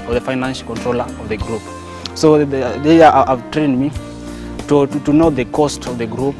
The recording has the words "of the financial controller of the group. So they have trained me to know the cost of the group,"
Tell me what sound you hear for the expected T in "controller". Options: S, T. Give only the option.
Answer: T